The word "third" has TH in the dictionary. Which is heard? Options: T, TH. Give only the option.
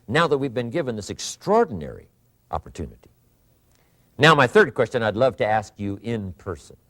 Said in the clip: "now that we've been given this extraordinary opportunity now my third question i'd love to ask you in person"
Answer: TH